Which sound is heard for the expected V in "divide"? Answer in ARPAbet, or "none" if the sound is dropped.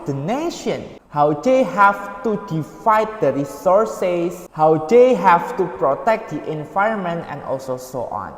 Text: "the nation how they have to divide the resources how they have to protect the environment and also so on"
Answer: F